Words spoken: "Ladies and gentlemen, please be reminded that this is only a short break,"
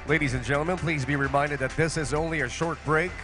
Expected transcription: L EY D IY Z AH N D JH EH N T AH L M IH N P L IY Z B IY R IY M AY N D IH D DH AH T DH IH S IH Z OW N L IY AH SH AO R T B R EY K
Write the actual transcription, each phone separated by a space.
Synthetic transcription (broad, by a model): L EY D IY Z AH N JH EH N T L M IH N P L IY Z B IY R IY M AY N D IH D DH AH T DH IH S IH Z OW N L IY AH SH AO R T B R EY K